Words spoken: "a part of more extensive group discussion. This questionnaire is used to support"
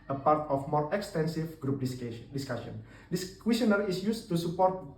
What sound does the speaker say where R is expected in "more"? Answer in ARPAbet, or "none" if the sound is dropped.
R